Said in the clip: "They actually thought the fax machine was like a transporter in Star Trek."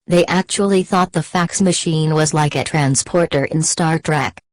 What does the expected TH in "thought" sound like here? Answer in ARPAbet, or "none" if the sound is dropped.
TH